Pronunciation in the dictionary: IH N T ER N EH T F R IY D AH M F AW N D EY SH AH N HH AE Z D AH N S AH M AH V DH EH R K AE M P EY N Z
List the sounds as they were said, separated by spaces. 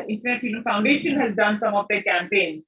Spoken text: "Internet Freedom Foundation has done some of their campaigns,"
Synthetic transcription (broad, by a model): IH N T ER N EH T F IY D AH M F AW N D EY SH AH N HH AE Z D AH N S AH M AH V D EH K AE M P EY N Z